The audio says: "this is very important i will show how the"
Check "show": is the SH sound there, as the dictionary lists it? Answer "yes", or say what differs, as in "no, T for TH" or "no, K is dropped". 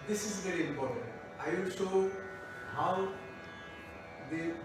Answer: no, S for SH